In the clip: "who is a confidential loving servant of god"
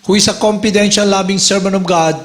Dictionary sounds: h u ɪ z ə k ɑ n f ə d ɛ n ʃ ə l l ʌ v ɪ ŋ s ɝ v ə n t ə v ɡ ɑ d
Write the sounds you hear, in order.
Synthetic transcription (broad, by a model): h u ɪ s ə k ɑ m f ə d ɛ n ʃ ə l l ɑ b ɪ ŋ s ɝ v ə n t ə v ɡ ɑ d